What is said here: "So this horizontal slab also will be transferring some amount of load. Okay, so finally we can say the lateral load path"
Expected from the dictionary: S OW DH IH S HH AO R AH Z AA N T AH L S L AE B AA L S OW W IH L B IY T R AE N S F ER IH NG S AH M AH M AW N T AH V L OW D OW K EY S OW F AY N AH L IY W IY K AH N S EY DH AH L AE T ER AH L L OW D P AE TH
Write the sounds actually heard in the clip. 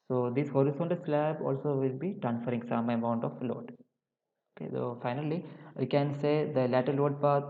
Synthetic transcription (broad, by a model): S OW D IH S HH AO R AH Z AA N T S L AE B AA L S OW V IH L B IY T R AE N S F ER IH NG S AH M AH M AW N T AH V L OW D OW K EY S OW F AY N AH L IY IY K AH N S EY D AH L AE T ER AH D L OW D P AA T